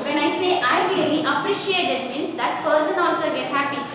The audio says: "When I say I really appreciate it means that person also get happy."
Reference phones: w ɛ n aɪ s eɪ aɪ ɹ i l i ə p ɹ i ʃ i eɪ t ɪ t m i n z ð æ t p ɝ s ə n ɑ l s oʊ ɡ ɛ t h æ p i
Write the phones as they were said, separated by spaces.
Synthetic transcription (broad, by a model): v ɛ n aɪ s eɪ aɪ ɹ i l i ə p ɹ i ʃ i eɪ t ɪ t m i n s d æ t p ɝ s ə n ɑ l s oʊ ɡ ɛ t h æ p i